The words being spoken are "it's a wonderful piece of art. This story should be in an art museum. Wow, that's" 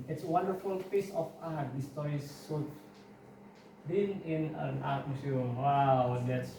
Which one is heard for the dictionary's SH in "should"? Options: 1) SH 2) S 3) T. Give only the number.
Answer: 2